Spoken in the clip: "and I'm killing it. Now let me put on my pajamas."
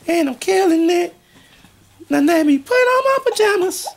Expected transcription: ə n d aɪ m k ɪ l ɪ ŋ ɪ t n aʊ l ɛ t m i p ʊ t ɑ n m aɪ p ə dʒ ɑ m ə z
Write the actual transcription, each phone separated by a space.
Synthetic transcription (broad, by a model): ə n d aɪ m k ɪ l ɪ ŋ ɪ t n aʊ n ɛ m i p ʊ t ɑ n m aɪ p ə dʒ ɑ m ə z